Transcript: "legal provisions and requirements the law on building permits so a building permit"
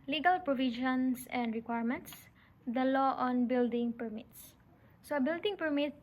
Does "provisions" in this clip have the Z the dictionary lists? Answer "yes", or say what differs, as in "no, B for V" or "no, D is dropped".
no, S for Z